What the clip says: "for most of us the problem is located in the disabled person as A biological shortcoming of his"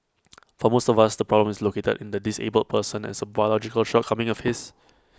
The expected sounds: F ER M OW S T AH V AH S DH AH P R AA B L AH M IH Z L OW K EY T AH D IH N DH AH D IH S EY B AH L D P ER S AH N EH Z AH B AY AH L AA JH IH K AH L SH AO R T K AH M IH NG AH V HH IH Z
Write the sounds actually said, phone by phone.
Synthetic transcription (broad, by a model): F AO M OW S T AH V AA S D AH P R AA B L AH M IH S L OW K EY T AH D IH N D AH D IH S EY B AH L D P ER S AH N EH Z AH B AY AH L AA JH IH K AH L SH AO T K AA M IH NG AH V HH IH S